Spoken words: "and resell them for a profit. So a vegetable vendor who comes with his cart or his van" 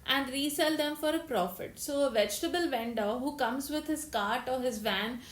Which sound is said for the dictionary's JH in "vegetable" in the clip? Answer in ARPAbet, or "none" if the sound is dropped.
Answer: JH